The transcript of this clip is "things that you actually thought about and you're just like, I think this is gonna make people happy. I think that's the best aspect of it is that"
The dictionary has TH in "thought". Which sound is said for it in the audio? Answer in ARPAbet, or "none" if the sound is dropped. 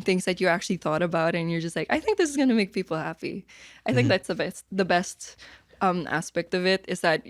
TH